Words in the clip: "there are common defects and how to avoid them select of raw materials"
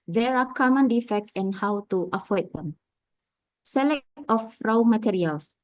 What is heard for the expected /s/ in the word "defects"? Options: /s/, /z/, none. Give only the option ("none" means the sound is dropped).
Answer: none